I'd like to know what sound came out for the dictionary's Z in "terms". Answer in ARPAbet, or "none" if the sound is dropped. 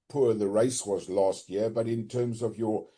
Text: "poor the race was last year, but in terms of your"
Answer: Z